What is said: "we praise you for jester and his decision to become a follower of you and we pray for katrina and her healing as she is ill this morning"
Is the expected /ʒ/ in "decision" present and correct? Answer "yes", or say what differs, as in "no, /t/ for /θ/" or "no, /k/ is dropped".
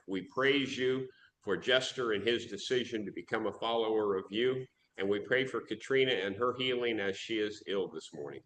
yes